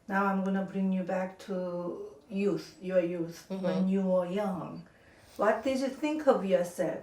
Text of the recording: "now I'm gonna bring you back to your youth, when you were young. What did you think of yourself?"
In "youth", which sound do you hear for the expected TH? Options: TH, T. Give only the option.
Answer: TH